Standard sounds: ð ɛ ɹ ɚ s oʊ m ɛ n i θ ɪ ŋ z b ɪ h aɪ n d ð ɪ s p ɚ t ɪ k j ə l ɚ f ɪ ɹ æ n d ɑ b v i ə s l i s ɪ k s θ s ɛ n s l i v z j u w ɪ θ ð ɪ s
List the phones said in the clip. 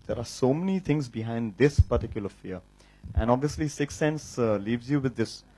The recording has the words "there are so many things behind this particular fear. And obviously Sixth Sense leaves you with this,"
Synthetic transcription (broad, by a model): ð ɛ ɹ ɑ s oʊ m ɛ n i t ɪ ŋ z b ɪ h aɪ n d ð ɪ s p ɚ t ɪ k j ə l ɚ f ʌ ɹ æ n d ɑ b v i ə s l i s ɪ k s s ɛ n s l i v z j u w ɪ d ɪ s